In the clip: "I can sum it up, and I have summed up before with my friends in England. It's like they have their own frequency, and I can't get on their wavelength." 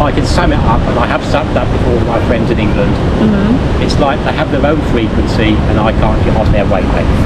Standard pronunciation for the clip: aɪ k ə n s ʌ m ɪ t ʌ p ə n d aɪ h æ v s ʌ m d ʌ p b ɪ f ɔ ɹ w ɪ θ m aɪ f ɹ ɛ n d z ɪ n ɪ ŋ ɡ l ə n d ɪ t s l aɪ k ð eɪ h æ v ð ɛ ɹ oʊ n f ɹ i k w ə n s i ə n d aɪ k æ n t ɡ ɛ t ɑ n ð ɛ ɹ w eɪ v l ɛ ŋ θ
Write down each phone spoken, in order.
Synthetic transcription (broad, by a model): aɪ k ə n s ʌ m ɪ t ʌ p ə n aɪ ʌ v s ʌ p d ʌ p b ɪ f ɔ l m aɪ f ɹ ɛ n d z ɪ n ɪ ŋ ɡ l ə n d ɪ t s l aɪ k ð eɪ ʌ v ð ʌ ɹ oʊ n f ɹ i k w ə n s i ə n aɪ k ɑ n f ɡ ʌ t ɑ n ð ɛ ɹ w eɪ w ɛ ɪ